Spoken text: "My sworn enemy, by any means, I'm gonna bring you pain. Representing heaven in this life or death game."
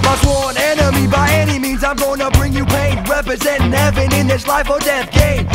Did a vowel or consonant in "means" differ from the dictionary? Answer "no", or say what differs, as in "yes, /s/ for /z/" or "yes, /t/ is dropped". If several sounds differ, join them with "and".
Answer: no